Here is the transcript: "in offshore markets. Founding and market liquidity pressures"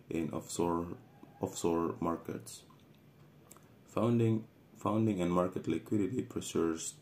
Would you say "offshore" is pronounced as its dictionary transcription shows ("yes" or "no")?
no